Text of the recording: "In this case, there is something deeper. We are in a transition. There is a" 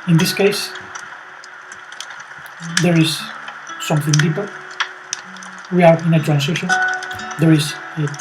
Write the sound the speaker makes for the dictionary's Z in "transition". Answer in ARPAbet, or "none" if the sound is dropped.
S